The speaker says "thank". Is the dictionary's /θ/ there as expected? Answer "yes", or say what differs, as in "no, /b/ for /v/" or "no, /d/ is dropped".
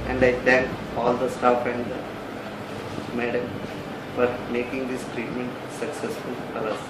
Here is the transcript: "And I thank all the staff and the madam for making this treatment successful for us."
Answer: no, /t/ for /θ/